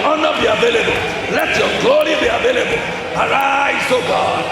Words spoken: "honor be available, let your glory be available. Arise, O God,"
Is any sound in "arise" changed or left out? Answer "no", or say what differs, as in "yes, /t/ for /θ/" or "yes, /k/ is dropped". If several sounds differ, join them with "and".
yes, /s/ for /z/